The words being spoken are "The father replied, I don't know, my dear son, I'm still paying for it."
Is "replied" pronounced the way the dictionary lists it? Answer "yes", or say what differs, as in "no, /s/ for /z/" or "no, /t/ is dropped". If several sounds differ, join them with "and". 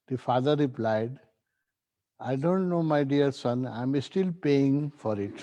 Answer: yes